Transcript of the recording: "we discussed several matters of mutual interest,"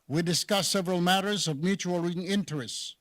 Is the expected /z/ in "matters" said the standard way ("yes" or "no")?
yes